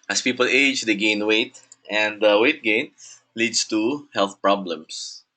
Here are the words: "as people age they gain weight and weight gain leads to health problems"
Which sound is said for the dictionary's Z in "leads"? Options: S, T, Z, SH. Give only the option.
S